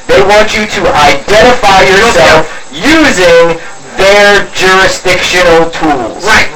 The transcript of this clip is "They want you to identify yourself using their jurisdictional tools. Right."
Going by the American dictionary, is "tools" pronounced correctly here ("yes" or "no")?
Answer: yes